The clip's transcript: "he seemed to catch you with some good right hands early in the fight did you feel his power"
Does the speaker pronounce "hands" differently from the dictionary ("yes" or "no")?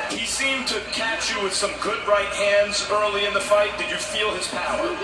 no